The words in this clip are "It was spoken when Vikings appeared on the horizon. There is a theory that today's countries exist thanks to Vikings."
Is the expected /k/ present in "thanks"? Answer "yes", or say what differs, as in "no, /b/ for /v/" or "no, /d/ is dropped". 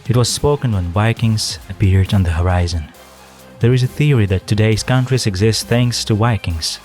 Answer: yes